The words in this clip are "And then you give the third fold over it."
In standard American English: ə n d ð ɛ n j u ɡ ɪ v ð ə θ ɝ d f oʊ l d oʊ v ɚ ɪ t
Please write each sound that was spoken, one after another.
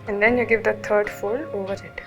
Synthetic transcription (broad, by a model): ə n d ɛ n j u ɡ ɪ v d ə t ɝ d f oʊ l oʊ v ɚ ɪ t